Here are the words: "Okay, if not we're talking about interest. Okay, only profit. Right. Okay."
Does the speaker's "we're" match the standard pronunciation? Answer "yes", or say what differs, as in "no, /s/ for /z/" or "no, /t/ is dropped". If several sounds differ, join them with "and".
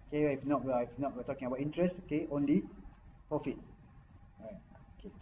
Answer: no, /w/ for /ɹ/